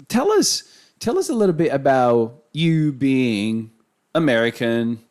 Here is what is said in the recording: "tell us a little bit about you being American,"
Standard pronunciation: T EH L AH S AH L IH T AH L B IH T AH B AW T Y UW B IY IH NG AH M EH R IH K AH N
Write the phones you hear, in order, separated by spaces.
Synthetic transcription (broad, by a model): T EH L AH S AH L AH S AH L B IH T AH B AW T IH B IY IH NG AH M EH R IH K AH N